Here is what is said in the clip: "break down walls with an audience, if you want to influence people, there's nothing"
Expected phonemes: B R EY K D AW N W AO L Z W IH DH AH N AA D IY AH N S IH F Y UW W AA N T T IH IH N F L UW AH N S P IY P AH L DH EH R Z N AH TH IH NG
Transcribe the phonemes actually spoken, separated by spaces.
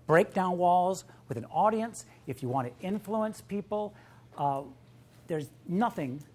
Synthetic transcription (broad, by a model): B R EY K D AW N W AO L Z W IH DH AH N AA D IY AH N S IH F Y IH W AA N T T IH IH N F L UW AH N S P IY P L DH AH R Z N AH TH IH NG